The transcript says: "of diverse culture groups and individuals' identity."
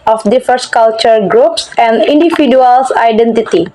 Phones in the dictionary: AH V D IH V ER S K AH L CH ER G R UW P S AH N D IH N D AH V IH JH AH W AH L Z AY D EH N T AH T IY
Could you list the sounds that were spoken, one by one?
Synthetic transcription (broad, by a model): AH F D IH F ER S K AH L CH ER G R UW P S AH N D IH N D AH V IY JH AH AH L S AY D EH N T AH T IY